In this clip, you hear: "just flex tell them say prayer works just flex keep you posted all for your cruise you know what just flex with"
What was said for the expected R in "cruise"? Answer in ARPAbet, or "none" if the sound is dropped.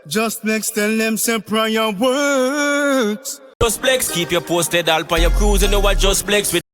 R